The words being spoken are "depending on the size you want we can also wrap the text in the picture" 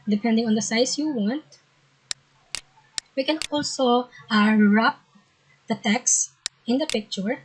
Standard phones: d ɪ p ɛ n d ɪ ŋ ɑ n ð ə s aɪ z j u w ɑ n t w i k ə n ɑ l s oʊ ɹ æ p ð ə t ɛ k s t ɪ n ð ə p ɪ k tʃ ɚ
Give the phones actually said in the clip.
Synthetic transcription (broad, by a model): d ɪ p ɛ n d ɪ ŋ ɑ n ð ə s aɪ s j u w ɑ n t w i k ə n ɑ l s oʊ ɹ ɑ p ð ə t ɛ k s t ɪ n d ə p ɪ k tʃ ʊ